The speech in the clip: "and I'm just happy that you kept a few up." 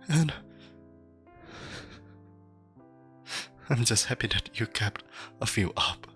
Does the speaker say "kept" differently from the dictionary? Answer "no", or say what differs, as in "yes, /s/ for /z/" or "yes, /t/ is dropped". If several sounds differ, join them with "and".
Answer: no